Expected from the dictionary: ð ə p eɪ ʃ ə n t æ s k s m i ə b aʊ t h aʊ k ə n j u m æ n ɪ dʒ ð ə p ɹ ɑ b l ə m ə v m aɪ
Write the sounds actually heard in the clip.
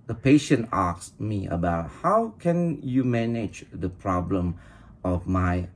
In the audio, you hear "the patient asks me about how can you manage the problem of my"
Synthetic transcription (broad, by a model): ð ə p eɪ ʃ ə n t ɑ k s m i ə b aʊ t h aʊ k ə n j u m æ n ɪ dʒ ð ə p ɹ ɑ b l ə m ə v m aɪ